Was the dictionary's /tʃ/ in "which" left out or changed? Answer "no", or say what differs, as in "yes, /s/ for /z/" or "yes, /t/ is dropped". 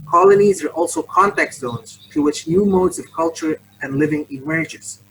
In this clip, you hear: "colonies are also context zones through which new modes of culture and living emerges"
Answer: no